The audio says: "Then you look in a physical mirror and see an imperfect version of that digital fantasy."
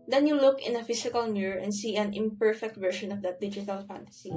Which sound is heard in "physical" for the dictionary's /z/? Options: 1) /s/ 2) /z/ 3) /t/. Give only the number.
1